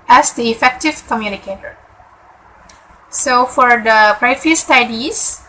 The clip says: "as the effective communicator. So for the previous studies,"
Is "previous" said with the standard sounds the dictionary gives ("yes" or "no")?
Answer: no